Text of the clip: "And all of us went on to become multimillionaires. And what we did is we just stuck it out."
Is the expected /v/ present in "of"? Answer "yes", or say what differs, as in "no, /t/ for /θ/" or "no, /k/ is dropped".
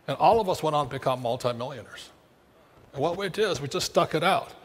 yes